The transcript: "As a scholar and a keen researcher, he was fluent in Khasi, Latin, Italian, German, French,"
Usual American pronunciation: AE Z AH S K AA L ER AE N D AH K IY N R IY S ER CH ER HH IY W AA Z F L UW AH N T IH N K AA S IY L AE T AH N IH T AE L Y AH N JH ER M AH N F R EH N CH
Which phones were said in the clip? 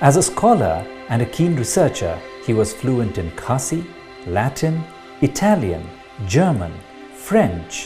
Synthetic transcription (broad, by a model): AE Z AH S K AA L ER AE N D AH K IY N R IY S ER CH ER HH IY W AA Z F L UW AH N T IH N K AA S IY L AE T AH N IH T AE L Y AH N JH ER M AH N F R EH N CH